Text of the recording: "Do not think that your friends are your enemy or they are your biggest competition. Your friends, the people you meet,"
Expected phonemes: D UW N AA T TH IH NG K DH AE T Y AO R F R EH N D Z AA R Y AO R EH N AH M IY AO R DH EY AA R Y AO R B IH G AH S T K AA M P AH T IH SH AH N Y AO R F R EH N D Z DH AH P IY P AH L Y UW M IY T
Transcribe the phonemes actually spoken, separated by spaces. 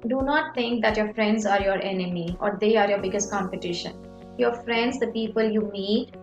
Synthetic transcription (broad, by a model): D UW N AA T T IH NG K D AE T Y AO R F R EH N D Z AA R Y AO R EH N AH M IY AO R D EY AA R Y AO R B IH G AH S T K AA M P AH T IH SH AH N Y AO R F R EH N D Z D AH P IY P AH L Y UW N IY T